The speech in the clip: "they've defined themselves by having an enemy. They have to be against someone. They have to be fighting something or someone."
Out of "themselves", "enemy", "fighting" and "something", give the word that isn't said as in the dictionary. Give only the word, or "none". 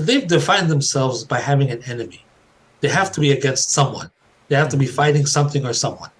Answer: none